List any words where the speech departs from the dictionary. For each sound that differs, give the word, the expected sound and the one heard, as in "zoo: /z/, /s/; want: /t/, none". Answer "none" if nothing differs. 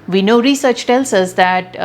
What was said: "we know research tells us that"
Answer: tells: /z/, /s/